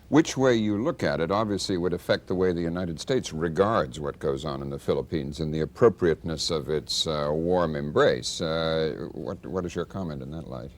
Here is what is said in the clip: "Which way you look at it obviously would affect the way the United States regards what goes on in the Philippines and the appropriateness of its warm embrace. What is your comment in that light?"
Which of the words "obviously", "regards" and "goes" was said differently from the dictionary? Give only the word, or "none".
none